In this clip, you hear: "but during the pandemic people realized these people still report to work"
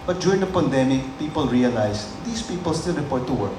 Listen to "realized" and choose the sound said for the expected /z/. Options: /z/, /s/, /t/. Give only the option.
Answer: /s/